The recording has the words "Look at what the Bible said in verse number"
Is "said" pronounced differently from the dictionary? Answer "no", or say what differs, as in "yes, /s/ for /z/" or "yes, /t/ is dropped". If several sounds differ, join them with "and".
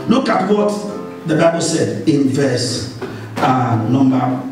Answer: no